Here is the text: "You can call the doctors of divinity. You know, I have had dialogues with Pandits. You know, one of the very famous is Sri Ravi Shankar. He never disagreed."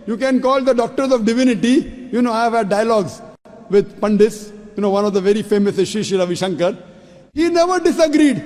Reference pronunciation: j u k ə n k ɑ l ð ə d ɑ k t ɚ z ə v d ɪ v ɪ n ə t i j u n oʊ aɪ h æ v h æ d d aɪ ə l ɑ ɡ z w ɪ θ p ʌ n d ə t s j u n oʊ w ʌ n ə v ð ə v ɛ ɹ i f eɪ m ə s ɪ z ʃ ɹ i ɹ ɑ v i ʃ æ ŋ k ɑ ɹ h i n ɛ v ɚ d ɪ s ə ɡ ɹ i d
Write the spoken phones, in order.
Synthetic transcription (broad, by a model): j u k ə n k ɑ l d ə d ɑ k t ɚ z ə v d ɪ v ɪ n ə t i j u n oʊ aɪ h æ v h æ d d aɪ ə l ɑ ɡ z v ɪ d p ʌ n d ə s j u n oʊ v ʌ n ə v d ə v ɛ ɹ i f eɪ m ə s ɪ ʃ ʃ i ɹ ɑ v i ʃ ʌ ŋ k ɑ ɹ h i n ɛ v ɚ d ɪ s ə ɡ ɹ i d